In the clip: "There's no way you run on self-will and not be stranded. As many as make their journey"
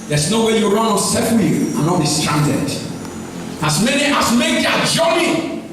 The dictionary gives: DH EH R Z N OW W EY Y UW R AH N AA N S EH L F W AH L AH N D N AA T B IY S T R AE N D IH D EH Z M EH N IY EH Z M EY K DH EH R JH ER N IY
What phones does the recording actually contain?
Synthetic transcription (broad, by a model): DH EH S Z N OW W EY Y UW R AH N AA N S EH F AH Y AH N N AA T B IY S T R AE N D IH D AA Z M EH N IY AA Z M EY K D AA JH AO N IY